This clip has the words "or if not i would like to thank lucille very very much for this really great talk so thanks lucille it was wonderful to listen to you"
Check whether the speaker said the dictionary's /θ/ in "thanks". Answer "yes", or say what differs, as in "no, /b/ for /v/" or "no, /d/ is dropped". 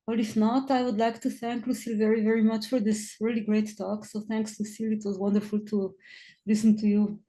yes